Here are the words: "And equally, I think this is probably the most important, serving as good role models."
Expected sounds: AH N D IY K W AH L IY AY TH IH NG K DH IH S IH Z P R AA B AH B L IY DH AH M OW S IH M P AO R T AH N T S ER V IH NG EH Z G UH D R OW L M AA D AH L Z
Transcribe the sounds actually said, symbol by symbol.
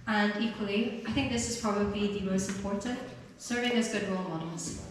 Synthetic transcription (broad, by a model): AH N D IY K W AH L IY AY TH IH NG K DH IH S IH Z P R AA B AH B L IY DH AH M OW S IH M P AO R T AH N T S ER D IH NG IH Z G UH D R OW L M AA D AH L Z